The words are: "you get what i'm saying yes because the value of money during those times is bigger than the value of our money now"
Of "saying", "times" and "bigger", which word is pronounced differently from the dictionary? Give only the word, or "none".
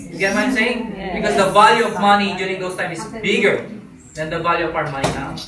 times